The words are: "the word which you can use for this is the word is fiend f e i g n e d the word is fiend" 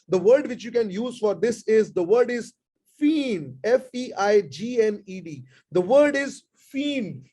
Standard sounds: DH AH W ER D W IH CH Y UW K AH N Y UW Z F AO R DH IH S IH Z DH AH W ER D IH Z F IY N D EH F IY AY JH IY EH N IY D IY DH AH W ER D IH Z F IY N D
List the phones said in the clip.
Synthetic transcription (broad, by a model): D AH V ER D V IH CH Y UW K AH N Y UW Z F AO R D IH S IH Z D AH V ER D IH Z F IY N EH F IY AY JH IY EH N IY D IY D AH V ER D IH Z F IY N